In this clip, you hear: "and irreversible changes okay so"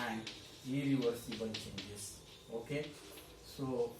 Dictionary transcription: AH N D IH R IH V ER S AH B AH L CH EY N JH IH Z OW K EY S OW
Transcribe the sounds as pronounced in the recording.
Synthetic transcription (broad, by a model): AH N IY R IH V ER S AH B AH N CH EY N JH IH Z OW K EY S OW